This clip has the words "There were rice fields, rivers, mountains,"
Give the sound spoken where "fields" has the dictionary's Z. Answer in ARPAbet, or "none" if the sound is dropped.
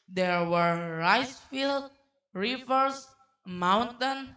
none